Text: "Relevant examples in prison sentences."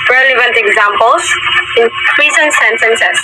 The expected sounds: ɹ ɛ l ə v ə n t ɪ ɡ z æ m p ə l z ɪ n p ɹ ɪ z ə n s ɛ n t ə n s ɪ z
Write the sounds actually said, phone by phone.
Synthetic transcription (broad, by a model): ɹ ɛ l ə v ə n t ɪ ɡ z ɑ m p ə l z ɪ n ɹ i s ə n s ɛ n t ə n s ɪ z